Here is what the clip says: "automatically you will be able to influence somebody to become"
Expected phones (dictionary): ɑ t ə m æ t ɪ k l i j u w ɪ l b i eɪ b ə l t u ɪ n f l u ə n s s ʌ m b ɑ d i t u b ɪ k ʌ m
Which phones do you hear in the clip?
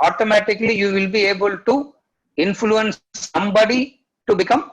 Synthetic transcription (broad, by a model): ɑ t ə m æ t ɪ k l i j u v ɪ l b i eɪ b ə l t u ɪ n f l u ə n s s ʌ m b ɑ d i t u b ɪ k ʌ m